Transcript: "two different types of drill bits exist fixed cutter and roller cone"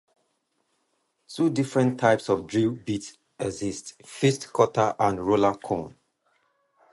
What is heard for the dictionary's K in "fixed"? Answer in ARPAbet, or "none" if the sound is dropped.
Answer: none